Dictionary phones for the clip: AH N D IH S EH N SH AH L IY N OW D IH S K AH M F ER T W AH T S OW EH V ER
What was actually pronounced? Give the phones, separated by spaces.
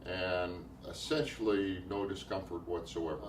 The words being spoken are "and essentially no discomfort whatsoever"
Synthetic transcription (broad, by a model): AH N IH S EH N SH L IY N OW D IH S K AH M F ER T W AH T S OW EH V ER